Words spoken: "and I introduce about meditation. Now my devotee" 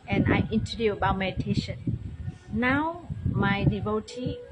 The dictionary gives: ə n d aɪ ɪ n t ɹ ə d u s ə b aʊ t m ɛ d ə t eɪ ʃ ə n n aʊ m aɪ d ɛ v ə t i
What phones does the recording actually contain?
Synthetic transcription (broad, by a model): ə n aɪ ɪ n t ə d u ə b aʊ t m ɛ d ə t eɪ ʃ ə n n aʊ m aɪ d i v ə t i